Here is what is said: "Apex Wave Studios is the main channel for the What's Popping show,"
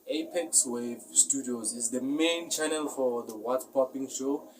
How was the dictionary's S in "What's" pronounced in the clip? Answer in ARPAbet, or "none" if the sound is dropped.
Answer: none